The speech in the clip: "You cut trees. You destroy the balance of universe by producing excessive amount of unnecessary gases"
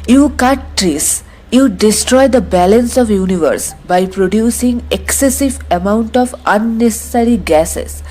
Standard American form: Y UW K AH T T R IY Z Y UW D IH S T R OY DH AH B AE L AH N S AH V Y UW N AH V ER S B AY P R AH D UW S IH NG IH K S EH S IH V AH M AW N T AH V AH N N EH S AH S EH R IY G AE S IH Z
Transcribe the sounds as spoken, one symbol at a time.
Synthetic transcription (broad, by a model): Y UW K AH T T R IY S Y UW D IH S T R OY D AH B AE L AH N S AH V Y UW N AH V ER S B AY P R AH D UW S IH NG IH K S EH S IH V AH M AW N T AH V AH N N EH S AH S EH R IY G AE S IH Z